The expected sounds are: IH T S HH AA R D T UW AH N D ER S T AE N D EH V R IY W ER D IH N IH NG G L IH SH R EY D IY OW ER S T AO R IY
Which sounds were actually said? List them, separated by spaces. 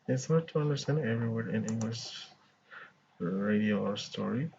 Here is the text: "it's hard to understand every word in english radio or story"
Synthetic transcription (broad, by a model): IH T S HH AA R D T UW AH N D ER S T AE N D EH V R IY W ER IH N IH NG G L IH SH R EY D IY OW S T AO R IY